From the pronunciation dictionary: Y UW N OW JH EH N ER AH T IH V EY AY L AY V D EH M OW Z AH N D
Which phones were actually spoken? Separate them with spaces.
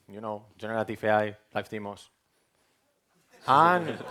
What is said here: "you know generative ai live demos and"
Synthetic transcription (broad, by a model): Y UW N OW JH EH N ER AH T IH F EY AY L AY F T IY M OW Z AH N